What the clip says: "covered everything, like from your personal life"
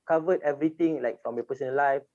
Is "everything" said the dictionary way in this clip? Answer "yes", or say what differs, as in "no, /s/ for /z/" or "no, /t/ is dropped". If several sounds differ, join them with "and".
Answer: no, /t/ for /θ/